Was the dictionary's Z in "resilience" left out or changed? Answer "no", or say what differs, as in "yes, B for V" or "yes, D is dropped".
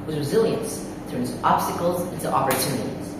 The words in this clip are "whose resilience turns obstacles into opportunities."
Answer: no